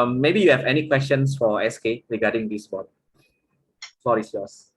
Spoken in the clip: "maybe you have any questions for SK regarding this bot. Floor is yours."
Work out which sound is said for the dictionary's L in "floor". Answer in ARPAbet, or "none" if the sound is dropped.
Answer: none